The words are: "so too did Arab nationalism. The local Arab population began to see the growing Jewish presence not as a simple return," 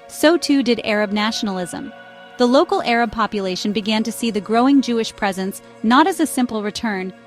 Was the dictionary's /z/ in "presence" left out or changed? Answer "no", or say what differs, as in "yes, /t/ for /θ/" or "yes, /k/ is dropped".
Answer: no